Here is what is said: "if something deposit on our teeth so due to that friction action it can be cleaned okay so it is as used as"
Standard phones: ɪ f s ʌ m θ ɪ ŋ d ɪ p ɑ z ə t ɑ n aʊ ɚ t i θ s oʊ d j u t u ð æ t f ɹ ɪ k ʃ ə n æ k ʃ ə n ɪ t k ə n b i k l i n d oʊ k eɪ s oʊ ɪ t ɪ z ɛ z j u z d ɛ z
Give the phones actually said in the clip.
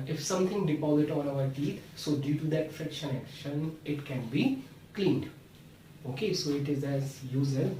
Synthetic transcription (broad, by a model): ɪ f s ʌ m t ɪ ŋ d ɪ p ɑ z ə t ɑ n aʊ ɚ t i t s oʊ d j u t u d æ t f ɹ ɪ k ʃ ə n æ k ʃ ə n ɪ t k ə n b i k l i n d oʊ k eɪ s oʊ ɪ t ɪ z ɛ z j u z ɛ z